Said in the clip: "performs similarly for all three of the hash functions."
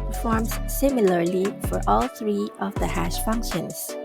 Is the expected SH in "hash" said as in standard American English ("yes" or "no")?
yes